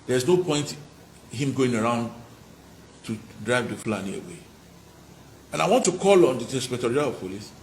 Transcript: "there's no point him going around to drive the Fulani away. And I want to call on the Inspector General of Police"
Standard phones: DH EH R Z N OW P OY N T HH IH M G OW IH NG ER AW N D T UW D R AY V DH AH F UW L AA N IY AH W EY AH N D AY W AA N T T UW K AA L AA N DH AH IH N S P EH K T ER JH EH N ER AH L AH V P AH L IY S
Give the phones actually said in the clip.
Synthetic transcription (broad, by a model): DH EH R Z N OW P OY N T HH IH M G OW IH NG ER AW N D T UW D R AY V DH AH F L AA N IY AH W EY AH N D AY W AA N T T UW K AA L AA N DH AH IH S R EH T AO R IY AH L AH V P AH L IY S